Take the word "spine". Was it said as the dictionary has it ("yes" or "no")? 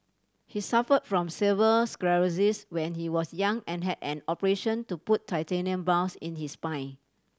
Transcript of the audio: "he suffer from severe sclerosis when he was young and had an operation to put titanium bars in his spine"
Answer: no